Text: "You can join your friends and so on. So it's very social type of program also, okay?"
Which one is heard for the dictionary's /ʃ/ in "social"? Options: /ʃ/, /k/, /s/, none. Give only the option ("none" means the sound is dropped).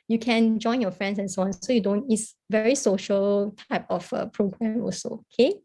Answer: /ʃ/